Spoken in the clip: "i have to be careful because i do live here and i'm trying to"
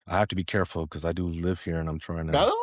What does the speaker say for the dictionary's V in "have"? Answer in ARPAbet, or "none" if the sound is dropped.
F